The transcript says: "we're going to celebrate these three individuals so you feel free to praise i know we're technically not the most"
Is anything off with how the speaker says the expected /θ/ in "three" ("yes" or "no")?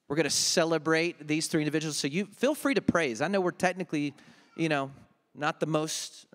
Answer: no